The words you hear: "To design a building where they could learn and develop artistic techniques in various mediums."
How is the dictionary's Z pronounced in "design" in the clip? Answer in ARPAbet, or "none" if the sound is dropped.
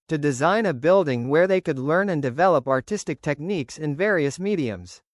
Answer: Z